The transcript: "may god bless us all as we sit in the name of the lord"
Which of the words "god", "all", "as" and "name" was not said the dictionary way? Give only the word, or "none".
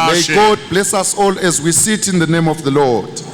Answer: none